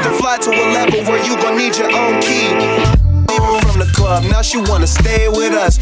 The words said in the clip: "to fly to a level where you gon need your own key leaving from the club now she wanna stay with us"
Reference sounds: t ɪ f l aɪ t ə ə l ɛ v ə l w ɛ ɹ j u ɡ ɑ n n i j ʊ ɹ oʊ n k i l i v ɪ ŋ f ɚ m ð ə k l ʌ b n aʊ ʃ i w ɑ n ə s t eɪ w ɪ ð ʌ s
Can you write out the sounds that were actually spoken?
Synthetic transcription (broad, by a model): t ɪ f l aɪ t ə ə l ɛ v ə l w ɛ ɹ j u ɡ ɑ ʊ n i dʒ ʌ ɹ oʊ n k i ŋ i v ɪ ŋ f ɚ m ð ə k l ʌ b n aʊ ʃ i w ɑ n ə s t eɪ w ɪ ð ʌ s